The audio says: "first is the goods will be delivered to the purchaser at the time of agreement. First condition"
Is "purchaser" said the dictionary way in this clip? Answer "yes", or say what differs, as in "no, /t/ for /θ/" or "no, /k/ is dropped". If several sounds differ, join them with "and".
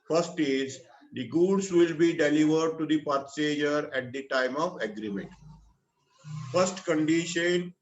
no, /s/ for /tʃ/